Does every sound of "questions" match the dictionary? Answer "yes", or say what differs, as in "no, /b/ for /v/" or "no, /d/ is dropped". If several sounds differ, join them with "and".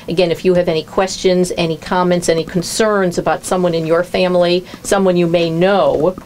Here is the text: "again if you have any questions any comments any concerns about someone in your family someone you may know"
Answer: yes